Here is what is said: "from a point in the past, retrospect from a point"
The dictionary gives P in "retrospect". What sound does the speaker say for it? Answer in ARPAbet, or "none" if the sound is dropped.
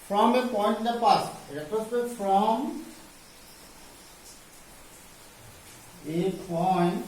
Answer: none